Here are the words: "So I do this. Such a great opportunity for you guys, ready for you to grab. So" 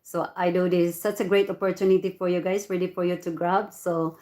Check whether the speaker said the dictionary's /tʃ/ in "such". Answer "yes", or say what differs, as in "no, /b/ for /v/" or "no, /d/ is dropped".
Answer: no, /s/ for /tʃ/